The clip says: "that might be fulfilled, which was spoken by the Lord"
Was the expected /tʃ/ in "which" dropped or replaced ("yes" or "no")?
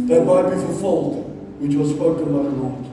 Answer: no